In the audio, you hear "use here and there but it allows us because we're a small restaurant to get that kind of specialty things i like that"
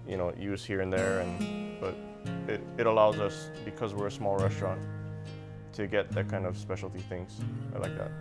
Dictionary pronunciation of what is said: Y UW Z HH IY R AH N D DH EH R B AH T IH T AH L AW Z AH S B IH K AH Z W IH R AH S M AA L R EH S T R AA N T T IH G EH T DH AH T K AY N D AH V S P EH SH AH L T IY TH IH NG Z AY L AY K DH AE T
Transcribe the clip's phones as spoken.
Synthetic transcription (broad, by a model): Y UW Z HH IY R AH N DH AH R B AH T IH T AH L AW Z AH S B IH K AH Z W IH R AH S M AA L R EH S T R AA N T T IH G EH T DH AH T K AY N D AH V S P EH SH L T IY TH IH NG Z AY L AY K DH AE T